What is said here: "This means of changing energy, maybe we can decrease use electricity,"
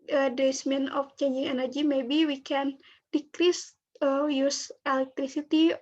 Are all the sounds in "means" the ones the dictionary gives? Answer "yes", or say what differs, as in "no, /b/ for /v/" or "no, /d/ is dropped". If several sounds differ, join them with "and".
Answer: no, /z/ is dropped